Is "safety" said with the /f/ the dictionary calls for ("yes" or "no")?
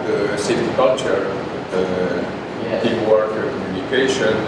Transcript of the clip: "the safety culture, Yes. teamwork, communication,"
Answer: no